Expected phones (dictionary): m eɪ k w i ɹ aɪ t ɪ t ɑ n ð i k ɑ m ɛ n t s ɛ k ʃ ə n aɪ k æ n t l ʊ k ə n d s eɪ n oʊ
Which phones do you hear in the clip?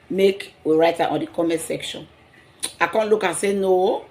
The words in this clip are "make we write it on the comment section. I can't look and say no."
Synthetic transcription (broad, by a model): m eɪ k w i ɹ aɪ t ɪ t ɑ n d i k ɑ m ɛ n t s ɛ k ʃ ə n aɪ k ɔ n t l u k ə s eɪ n oʊ